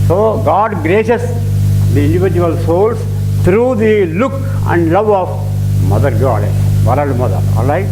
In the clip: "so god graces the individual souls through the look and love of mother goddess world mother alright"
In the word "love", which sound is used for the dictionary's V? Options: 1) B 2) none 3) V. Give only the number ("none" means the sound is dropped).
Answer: 3